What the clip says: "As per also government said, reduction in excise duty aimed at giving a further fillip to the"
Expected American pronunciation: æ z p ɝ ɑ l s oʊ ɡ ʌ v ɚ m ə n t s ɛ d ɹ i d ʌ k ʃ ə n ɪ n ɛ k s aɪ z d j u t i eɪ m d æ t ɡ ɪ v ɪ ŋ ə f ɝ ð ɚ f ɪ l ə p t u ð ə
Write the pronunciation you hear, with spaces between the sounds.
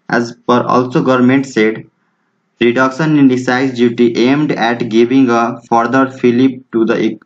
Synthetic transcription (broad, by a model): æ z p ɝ ɑ l s oʊ ɡ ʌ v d m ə n t s ɛ d ɹ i d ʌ k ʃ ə n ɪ n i s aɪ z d j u t i eɪ m d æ t ɡ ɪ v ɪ ŋ ə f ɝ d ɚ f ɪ l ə p t u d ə